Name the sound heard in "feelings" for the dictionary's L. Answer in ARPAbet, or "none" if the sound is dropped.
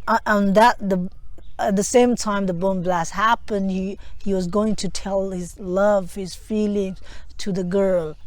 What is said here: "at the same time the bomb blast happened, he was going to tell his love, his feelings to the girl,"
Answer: L